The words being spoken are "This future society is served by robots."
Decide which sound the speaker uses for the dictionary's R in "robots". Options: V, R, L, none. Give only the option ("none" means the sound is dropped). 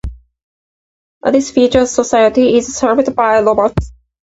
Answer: L